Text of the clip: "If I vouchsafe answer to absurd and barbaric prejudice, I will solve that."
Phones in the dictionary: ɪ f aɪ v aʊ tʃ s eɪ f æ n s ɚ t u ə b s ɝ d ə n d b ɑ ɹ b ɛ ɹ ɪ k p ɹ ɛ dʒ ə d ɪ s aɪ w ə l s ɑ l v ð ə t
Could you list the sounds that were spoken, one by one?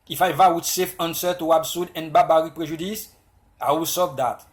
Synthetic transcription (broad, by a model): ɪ f aɪ v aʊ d s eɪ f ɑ n s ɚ t u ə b s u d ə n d b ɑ b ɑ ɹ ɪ p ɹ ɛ ʒ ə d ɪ s aɪ w ə l s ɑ v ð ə t